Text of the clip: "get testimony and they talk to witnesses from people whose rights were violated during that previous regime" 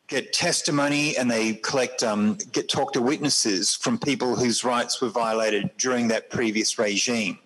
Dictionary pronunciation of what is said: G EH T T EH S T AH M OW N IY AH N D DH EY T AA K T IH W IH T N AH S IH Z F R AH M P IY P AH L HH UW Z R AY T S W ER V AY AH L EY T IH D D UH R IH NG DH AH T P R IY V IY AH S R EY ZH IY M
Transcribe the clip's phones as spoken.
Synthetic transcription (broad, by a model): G EH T T EH S T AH M OW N IY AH N DH EY T AA K T IH W IH T N AH S IH Z F R AH M P IY P AH L HH UW Z R AY T S W ER V AY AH L EY T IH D D UH R IH NG DH AH T P R IY V IY AH S R EY ZH IY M